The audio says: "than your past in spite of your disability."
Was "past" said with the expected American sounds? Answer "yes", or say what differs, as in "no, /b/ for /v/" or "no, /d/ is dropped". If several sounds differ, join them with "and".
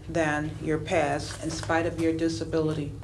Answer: no, /t/ is dropped